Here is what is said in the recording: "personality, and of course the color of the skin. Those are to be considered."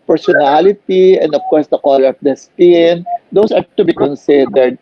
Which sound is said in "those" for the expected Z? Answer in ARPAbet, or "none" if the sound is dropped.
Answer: S